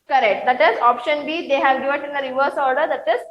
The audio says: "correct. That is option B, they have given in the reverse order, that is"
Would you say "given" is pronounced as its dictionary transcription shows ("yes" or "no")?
no